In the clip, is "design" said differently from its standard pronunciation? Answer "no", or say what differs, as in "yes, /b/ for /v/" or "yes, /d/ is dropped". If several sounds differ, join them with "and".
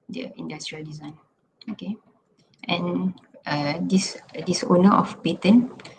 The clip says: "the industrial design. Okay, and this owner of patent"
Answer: no